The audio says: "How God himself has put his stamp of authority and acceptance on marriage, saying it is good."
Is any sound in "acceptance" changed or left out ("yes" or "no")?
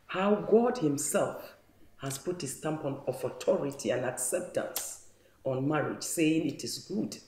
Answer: no